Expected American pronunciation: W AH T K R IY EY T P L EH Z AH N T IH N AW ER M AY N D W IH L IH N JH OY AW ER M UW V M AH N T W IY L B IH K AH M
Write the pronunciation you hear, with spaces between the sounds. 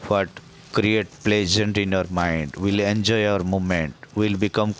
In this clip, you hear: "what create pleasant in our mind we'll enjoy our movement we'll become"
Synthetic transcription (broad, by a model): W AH T K R IY EY T P L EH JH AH N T IH N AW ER M AY N D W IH L IH N JH OY AW ER M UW M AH N T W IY L B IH K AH M